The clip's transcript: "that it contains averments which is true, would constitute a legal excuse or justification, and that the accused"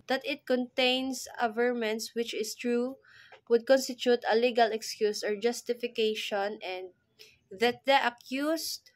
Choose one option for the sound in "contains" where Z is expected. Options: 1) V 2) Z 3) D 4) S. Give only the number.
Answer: 4